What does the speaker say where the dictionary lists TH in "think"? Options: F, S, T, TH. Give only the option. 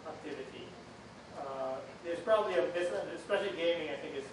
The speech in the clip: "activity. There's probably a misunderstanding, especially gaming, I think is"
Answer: TH